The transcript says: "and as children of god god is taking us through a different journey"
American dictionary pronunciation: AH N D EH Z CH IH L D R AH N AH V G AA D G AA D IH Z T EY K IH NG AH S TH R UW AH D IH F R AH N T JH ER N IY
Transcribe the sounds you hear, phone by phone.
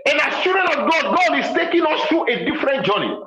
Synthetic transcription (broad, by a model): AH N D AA S CH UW D R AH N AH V G AA D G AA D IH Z T EY K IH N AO S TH R UW AH D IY F R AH N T JH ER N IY